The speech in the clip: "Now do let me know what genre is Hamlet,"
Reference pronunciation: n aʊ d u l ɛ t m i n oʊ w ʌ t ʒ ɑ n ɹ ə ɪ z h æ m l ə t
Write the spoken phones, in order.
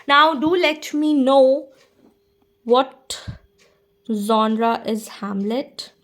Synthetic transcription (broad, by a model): n aʊ d u l ɛ t m i n oʊ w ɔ t z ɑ n ɹ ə ɪ z h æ m l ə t